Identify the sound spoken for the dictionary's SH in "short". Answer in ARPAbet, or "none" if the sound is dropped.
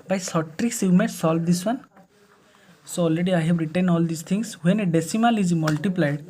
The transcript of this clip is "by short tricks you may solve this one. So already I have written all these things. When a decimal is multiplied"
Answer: S